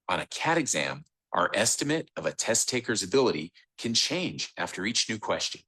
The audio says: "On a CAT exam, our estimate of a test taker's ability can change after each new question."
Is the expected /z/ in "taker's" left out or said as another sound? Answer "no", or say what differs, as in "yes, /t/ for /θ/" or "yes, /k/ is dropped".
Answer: no